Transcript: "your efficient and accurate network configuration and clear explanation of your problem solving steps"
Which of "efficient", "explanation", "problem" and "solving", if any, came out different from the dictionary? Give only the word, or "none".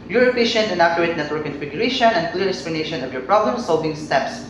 efficient